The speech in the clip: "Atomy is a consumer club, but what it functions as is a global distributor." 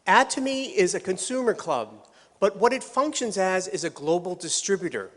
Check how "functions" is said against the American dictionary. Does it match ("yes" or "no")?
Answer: yes